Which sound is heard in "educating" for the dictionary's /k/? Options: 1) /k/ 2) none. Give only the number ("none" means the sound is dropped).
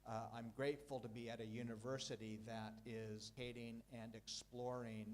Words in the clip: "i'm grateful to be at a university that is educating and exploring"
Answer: 2